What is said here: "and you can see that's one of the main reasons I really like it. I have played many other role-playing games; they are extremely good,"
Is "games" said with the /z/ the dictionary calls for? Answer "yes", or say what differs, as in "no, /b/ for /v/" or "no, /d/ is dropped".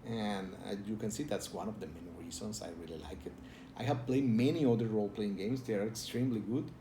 no, /s/ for /z/